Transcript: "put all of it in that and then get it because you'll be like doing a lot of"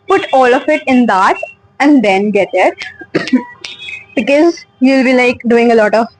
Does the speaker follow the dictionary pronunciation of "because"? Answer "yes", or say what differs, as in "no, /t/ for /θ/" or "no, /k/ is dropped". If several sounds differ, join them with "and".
yes